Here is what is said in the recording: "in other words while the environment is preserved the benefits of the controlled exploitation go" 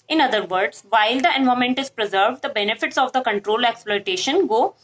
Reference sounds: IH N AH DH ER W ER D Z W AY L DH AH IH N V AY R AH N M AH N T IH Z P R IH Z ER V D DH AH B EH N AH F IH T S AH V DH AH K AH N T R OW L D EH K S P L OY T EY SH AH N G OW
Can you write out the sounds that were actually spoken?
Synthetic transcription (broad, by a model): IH N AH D ER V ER D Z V AY L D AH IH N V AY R M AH N T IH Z P R IH Z ER V D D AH B EH N AH F IH T S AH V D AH K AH N T R OW L EH K S P L OY T EY SH AH N G OW